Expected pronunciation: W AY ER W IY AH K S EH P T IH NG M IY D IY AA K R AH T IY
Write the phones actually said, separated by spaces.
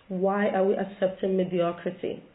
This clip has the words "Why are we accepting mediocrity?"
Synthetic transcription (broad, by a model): W AY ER W IY AH K S EH P T IH NG M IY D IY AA K R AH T IY